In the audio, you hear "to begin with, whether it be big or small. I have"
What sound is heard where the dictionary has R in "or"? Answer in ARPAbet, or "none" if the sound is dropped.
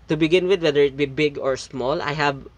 R